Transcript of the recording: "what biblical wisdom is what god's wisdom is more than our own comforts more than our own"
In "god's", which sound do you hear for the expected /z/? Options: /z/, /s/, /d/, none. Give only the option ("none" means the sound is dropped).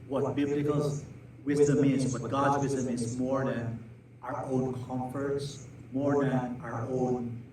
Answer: /z/